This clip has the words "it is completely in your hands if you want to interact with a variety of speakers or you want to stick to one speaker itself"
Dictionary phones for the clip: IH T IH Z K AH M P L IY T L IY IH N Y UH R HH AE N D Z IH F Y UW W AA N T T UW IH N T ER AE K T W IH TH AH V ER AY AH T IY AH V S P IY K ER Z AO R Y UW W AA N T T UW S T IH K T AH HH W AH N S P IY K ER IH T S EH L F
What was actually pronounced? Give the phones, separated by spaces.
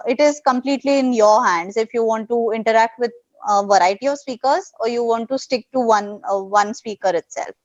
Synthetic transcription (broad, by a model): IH T IH Z K AH M P L IY T L IY IH N Y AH R HH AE N D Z IH F Y UW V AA N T T UW IH N T ER AE K T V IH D AH V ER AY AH T IY AH V S P IY K ER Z AO R Y UW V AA N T T UW S T IH K T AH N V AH N S P IY K ER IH T S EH L F